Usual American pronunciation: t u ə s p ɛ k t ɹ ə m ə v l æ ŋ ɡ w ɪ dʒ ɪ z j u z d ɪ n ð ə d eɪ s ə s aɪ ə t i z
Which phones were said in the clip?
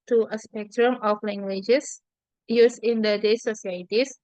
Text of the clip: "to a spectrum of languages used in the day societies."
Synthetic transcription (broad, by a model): t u ə s p ɛ k t ɹ ə m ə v l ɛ ŋ ɡ w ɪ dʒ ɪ s j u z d ɪ n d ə d eɪ s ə s aɪ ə t i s